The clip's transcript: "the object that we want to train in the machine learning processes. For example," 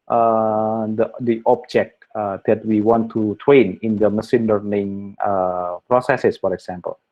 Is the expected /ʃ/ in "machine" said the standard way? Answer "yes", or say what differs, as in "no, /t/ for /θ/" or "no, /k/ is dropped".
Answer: no, /s/ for /ʃ/